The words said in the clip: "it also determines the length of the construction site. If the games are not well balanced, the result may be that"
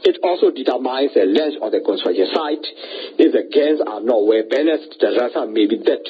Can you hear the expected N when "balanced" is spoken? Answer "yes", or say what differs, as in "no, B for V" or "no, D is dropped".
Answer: no, N is dropped